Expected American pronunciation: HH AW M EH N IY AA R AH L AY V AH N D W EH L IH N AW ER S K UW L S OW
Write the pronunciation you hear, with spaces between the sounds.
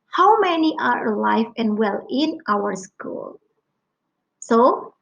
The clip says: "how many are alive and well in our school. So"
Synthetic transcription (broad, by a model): HH AW M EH N IY AA R L AY F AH N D W EH L IH N AW ER S K UW L S OW